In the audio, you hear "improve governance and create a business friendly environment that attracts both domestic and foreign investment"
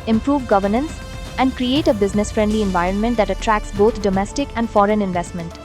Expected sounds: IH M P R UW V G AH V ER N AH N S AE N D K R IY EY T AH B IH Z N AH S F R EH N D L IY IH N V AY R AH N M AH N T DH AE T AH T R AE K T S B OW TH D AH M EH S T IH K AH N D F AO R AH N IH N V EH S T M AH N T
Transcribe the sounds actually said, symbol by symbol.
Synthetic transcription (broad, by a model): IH M P R UW V G AH V ER N AH N S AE N D K R IY EY T AH B IH Z N AH S F R EH N D L IY IH N V AY R AH N M AH N T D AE T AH T R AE K S B OW T D AH M EH S T IH K AH N D F AO R AH N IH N V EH S T M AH N T